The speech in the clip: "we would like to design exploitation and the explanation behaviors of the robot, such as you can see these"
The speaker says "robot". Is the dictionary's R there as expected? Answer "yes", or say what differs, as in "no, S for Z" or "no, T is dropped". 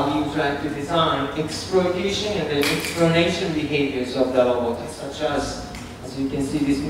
no, L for R